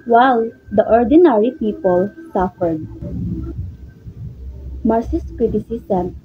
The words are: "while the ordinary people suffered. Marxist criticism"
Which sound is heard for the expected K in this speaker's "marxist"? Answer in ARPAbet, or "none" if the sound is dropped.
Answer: none